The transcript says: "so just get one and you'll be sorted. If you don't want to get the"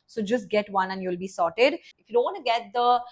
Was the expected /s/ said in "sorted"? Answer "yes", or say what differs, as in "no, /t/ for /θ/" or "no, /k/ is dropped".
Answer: yes